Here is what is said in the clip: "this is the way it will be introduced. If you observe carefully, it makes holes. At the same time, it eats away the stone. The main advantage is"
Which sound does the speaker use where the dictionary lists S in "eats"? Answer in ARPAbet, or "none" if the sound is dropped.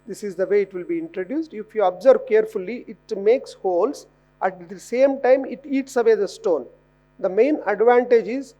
S